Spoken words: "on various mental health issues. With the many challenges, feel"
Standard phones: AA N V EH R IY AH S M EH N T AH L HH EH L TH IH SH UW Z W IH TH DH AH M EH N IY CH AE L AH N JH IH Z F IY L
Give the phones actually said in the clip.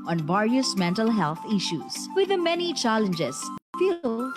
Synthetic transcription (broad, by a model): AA N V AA R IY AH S M EH N T AH L HH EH L T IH SH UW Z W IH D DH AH M EH N IY CH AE L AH N JH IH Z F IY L